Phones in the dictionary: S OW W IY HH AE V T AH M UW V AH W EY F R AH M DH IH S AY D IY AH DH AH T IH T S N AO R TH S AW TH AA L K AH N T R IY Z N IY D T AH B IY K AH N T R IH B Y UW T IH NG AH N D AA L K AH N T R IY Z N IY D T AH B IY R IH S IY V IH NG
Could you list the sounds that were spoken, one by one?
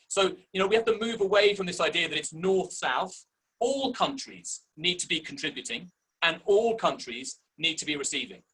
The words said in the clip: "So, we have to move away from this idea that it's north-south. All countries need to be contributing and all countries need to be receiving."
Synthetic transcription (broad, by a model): S OW W IY HH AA F T AH M UW V AH W EY F R AH M DH IH S AY D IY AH DH AH T IH T S N AO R TH S AW TH AA L K AH N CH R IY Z N IY D T AH B IY K AH N T R IH B Y UW T IH NG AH N AA L K AH N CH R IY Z N IY D T AH B IY R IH S IY V IH NG